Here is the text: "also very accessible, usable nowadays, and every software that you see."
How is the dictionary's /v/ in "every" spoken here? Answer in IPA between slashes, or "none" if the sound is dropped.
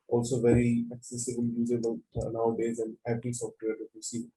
/b/